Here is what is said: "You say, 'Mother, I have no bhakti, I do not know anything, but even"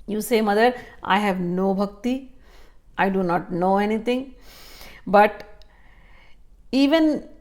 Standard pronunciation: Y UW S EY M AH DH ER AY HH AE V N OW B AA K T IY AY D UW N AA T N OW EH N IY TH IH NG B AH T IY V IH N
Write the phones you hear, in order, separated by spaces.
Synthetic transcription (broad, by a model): Y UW S EY M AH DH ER AY HH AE V N OW B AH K T IY AY D UW N AA T N OW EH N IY T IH NG B AH T IY V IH N